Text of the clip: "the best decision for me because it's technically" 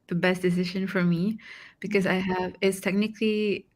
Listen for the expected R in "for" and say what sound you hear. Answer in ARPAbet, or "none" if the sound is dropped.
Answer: R